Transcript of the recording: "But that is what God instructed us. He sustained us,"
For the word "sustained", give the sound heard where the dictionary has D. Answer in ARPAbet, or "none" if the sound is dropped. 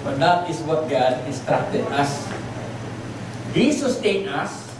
none